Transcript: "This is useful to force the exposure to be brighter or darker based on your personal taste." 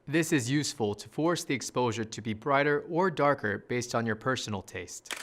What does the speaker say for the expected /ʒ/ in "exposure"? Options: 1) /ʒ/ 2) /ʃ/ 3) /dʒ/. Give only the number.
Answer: 1